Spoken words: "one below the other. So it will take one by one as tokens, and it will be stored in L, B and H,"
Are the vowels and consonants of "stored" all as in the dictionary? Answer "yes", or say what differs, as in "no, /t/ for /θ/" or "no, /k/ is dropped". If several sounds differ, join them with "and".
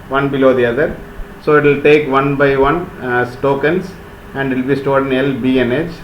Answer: yes